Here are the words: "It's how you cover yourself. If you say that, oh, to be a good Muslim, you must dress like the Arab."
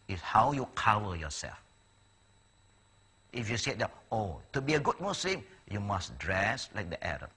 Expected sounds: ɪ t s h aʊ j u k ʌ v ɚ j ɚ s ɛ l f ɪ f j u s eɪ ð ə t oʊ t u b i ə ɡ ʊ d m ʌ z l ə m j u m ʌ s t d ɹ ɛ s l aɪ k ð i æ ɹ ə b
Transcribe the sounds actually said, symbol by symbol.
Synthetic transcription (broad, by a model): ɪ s h aʊ j u k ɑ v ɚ j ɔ s ɛ l f ɪ f j u s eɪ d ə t oʊ t u b i ə ɡ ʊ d m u s l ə m j u m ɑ s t d ɹ ɛ s l aɪ k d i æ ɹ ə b